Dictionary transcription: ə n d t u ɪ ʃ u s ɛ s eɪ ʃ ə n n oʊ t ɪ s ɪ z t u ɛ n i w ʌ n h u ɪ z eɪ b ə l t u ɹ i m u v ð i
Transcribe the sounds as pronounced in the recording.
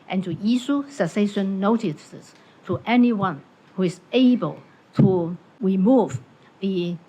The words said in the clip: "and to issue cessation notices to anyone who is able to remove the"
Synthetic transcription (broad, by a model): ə n t u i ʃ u s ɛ s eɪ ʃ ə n n oʊ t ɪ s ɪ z t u ɛ n i w ʌ n h u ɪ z eɪ b ə l t u ɹ i m u v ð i